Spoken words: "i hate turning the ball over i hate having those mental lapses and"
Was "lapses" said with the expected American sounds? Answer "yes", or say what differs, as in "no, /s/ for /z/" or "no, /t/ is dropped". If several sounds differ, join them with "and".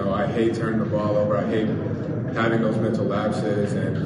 yes